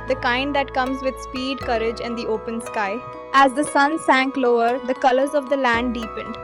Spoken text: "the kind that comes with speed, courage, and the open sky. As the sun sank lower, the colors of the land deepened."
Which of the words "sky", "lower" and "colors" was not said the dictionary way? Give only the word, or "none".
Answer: none